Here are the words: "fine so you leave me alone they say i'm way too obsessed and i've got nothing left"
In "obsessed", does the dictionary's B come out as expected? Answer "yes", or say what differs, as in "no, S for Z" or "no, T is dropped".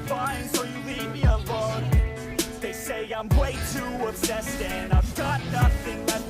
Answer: no, B is dropped